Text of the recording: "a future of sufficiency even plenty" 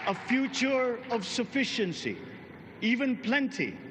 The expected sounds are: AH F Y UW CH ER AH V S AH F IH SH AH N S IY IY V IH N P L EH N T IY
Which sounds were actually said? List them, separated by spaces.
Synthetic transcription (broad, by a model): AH F Y UW CH ER AH V S AH F IH SH AH N S IY IY V IH N P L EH N T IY